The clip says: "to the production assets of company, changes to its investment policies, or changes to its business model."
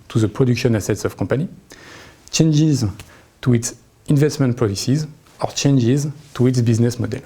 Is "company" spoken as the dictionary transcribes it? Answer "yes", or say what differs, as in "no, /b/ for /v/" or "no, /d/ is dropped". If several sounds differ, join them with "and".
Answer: no, /m/ is dropped